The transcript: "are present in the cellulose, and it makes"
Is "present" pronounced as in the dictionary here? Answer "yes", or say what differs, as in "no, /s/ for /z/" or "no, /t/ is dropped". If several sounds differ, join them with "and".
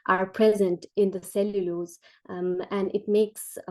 yes